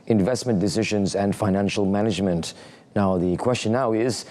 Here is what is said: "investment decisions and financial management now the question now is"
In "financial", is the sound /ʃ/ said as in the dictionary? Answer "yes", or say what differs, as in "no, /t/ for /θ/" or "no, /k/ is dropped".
yes